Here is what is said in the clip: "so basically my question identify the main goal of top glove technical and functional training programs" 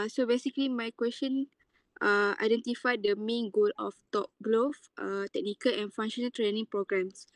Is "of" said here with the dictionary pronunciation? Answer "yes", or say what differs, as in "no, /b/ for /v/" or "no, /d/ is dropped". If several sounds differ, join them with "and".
no, /f/ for /v/